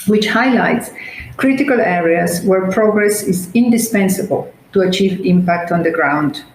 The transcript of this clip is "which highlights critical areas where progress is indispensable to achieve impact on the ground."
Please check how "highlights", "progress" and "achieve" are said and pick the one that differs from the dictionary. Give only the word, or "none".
none